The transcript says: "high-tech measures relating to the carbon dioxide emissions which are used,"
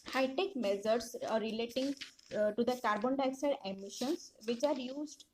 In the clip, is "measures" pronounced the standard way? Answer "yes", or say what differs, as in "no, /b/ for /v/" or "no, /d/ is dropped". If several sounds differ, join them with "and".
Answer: no, /z/ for /ʒ/